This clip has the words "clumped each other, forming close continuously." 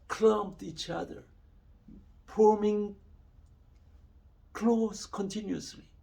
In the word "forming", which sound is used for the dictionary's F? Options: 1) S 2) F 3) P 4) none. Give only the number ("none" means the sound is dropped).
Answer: 3